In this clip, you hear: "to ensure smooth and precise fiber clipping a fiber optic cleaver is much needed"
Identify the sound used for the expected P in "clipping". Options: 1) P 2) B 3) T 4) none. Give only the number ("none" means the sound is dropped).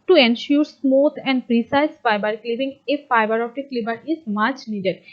2